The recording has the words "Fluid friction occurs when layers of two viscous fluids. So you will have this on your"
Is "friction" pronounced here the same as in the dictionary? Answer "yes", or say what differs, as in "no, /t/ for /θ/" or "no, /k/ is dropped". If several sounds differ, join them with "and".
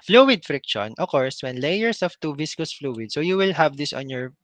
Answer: yes